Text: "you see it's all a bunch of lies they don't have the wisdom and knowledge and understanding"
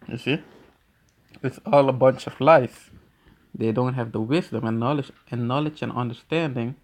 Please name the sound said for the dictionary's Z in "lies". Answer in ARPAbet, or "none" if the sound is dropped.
S